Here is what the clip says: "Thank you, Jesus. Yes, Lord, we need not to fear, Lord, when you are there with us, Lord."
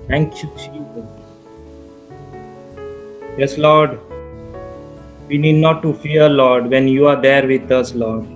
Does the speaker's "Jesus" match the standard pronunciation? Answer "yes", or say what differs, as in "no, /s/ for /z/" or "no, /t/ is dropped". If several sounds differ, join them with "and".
no, /tʃ/ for /dʒ/ and /s/ is dropped